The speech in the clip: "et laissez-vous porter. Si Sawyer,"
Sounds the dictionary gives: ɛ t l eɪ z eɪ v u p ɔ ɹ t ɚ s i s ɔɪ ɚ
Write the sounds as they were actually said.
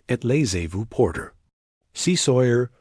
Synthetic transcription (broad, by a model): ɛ t l eɪ z eɪ v u p ɔ ɹ t ɚ s i s ɔɪ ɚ